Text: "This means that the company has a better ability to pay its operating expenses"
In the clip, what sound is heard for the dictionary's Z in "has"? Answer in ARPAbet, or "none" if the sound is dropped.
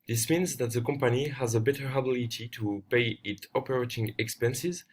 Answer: Z